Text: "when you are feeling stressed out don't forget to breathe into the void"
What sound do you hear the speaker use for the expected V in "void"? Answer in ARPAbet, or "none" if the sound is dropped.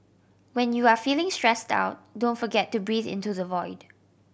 V